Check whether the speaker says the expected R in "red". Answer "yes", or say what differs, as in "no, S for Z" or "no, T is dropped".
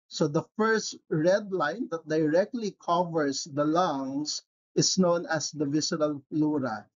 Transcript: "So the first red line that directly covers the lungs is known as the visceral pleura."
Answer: yes